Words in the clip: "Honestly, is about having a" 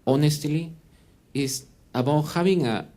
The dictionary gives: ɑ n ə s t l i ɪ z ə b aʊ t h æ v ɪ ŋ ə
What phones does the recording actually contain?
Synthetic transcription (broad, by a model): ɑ n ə s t l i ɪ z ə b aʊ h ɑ b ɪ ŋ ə